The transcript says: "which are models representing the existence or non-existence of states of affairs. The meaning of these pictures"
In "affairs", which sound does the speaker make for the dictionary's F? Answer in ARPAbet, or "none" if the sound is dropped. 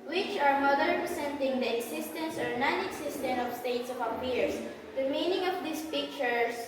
P